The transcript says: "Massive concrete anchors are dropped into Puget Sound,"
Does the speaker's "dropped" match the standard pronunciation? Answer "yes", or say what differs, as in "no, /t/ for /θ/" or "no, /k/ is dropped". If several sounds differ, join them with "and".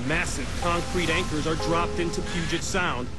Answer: yes